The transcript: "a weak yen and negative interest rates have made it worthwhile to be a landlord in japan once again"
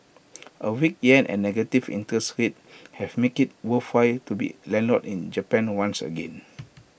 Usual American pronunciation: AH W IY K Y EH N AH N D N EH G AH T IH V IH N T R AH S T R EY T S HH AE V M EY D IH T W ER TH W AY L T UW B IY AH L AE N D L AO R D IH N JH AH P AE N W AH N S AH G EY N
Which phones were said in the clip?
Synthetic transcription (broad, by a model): AH W IY K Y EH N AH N N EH G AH T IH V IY N T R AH S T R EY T HH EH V M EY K IH T W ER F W AY T UW B IY L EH N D L AO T IH N JH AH P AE N W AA N S AH G EY N